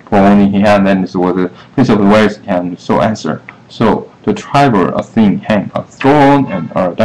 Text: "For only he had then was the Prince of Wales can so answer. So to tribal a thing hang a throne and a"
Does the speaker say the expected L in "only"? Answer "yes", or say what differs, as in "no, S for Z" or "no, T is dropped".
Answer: no, L is dropped